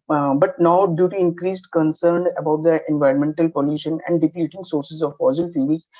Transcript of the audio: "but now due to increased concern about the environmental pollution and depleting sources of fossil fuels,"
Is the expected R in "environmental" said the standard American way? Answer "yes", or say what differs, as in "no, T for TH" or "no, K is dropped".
yes